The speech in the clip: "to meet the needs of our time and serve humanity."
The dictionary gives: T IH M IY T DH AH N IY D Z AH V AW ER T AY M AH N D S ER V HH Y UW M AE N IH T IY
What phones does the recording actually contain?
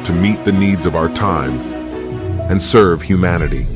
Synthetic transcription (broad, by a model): T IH M IY T DH AH N IY D Z AH V AW ER T AY M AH N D S ER V HH Y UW M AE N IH T IY